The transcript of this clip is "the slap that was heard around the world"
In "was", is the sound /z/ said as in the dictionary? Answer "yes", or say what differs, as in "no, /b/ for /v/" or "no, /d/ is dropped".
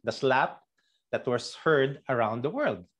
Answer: no, /s/ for /z/